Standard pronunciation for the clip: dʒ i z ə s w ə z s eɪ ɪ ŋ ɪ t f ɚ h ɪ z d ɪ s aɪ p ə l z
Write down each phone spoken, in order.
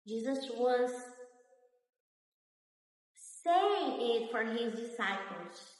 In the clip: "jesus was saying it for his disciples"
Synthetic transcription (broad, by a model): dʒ i z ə s w ə z s eɪ ɪ ŋ ɪ t f ɚ h ɪ z d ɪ s aɪ p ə l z